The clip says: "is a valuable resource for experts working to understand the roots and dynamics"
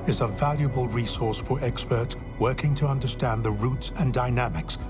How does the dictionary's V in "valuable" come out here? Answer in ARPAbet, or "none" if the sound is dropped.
V